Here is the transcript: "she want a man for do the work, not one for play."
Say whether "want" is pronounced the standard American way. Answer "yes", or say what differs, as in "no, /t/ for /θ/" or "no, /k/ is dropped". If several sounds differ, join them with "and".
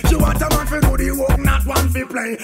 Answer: no, /n/ is dropped